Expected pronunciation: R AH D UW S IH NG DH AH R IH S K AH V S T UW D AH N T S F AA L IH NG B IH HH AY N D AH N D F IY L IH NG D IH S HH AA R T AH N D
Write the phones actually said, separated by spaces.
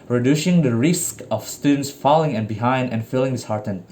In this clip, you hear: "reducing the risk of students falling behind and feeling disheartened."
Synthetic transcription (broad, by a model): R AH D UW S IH NG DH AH R IH S K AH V S T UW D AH N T S F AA L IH NG B IH HH AY N D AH N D F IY L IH NG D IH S HH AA R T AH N